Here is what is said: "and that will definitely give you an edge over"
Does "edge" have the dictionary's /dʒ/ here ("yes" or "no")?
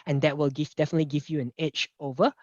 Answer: no